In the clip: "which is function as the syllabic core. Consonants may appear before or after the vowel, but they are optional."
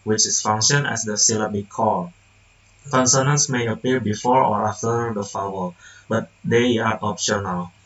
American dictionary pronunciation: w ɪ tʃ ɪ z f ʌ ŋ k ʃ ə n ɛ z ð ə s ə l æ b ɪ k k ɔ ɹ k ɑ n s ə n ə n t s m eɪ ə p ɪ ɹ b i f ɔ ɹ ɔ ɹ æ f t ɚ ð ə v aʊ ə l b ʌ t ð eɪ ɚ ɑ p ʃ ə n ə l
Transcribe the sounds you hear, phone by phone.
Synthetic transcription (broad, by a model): w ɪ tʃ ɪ s f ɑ ŋ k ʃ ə n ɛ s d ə s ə l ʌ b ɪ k k ɔ l k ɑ n s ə n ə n s m eɪ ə p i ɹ b i f ɔ ɹ ɔ ɹ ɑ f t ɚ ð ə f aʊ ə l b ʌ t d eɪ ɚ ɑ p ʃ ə n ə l